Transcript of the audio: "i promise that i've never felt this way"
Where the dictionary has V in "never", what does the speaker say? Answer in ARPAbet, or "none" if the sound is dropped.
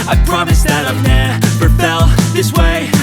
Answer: P